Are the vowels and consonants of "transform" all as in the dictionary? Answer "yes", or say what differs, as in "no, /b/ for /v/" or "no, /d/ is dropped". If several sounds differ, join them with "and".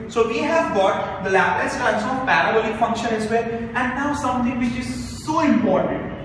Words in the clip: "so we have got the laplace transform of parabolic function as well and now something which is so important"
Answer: no, /f/ is dropped